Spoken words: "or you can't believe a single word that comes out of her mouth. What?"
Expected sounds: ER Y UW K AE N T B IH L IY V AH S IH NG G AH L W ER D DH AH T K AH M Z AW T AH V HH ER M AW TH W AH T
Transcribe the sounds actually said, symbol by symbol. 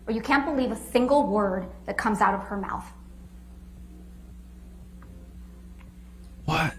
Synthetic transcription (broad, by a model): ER Y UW K AE N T B IH L IY V AH S IH NG G L W ER D DH AH T K AH M Z AW T AH V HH ER M AW TH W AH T